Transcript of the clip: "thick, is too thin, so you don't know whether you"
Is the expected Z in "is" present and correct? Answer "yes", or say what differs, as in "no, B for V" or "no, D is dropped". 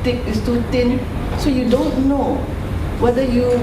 no, S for Z